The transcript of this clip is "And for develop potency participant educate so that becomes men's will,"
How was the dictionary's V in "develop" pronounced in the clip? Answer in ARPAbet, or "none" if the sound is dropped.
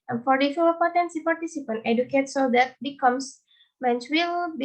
F